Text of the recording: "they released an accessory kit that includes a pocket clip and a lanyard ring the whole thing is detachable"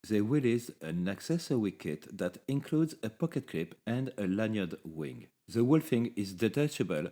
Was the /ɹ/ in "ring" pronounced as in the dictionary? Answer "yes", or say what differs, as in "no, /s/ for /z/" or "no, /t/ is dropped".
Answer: no, /w/ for /ɹ/